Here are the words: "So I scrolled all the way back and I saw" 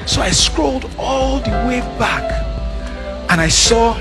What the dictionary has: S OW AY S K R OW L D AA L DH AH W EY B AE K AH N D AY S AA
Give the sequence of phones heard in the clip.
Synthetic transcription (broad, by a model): S OW AY S K R OW L D AA L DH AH W EY B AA K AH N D AY S AA